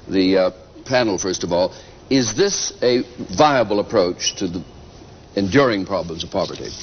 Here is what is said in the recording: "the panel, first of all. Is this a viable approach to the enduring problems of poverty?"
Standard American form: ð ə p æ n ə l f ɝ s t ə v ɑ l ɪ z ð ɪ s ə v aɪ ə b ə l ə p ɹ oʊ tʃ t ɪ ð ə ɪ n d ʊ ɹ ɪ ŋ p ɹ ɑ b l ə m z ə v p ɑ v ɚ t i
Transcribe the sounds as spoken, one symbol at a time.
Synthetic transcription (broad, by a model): ð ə p æ n l f ɝ s t ə v ɑ l ɪ z ð ɪ s ə v aɪ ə b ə l ə p ɹ oʊ tʃ t ɪ ð ə ɪ n d ʊ ɹ ɪ ŋ p ɹ ɑ b l ə m z ə v p ɑ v ɚ t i